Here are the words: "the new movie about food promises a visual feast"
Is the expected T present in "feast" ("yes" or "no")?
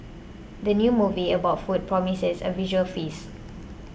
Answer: no